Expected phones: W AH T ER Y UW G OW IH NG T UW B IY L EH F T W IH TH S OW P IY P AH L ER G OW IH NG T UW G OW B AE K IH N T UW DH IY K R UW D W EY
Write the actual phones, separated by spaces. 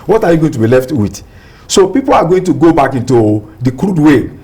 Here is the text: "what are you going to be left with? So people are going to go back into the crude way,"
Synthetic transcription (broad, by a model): W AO T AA Y UW G OW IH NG T UW B IY L EH F T W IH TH S OW P IY P AH L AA G OW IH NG T UW G OW B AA K IH N T UW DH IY K R UW D W EY